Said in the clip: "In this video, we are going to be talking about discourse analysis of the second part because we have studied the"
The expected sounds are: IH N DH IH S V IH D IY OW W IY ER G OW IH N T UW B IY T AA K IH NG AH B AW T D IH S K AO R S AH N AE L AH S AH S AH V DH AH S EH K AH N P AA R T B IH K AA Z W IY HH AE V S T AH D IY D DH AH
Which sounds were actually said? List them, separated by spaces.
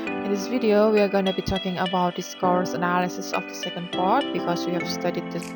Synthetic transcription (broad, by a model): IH N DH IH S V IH D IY OW W IY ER G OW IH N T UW B IY T AA K IH NG AH B AW T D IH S K AO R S AH N AE L AH S AH S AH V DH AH S EH K AH N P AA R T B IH K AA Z W IY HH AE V S T AH D IY D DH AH